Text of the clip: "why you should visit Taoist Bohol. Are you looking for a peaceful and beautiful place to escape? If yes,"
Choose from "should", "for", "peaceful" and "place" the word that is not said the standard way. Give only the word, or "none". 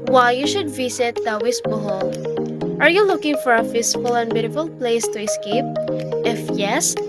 peaceful